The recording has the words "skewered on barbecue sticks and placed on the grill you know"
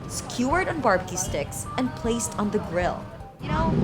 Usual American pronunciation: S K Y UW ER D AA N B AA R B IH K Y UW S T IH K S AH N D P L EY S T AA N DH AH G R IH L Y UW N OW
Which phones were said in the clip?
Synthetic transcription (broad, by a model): S K Y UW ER D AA N B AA R B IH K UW S T IH K S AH N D P L EY S T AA N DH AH G R IH L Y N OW